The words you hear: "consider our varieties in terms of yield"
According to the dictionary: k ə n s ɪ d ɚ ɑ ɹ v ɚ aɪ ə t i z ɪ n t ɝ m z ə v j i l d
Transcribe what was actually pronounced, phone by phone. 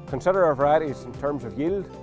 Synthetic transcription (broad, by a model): k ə n s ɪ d ɚ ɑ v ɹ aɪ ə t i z ɪ n t ɝ m z ə v j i l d